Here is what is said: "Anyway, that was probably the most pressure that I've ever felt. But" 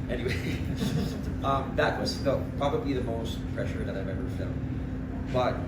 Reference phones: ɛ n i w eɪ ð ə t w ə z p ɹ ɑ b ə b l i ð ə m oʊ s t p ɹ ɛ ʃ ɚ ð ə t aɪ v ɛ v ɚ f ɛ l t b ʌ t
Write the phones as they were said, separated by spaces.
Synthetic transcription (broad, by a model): ɛ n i w eɪ ð ə t w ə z p ɹ ɑ b ə b l i ð ə m oʊ s t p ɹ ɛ ʃ ɚ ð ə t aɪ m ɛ b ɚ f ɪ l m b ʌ t